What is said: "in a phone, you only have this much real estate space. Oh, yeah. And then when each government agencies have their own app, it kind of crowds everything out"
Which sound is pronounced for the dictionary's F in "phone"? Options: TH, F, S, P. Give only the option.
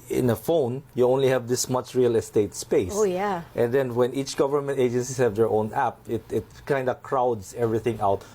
F